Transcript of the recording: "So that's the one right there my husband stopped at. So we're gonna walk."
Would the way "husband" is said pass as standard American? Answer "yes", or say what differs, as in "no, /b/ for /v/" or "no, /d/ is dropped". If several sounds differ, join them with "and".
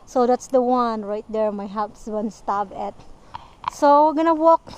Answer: no, /s/ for /z/